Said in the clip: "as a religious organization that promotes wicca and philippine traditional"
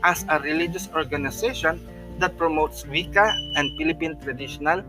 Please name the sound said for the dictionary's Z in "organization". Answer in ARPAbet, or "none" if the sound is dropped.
S